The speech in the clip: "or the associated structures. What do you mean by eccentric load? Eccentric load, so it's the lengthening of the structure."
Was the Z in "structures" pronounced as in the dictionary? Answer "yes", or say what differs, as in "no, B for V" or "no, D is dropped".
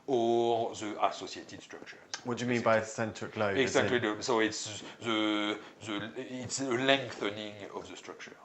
no, Z is dropped